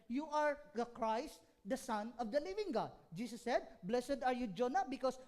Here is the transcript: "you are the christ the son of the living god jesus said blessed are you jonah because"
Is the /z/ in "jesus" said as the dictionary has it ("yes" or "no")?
no